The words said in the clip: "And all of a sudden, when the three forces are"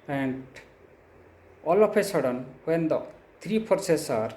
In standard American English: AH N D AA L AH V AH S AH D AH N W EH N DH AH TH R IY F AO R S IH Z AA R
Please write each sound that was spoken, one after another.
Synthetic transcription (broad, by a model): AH N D AA L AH P AH S AH D AH N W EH N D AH T R IY P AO R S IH S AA R